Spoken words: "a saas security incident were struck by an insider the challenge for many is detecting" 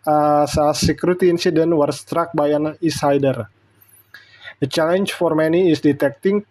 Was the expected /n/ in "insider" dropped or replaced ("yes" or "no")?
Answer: yes